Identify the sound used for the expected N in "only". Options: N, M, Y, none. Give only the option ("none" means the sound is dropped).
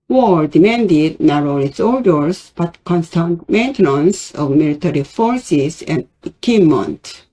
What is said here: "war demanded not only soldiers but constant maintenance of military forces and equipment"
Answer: none